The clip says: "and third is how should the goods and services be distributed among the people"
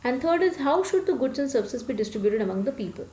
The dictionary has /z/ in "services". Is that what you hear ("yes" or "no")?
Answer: no